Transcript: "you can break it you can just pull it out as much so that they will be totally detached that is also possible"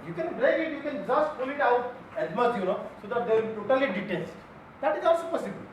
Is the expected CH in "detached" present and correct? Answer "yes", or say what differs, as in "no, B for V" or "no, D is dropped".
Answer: no, S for CH